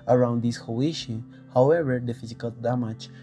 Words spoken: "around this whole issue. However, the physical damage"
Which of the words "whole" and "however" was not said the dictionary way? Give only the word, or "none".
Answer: whole